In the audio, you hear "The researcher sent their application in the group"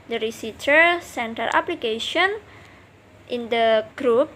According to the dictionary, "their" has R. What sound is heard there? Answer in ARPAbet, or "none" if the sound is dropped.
L